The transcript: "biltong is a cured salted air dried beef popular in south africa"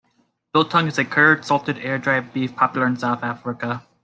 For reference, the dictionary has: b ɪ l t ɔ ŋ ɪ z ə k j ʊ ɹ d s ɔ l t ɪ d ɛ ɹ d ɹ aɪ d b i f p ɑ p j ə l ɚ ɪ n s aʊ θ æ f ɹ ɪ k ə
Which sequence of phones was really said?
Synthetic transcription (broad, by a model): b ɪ l t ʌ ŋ ɪ z ə k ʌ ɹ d s ɔ l t ɪ d ɛ ɹ d ɹ aɪ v b i f p ɑ p j l ɚ ɪ n s aʊ θ æ f ɹ ɪ k ə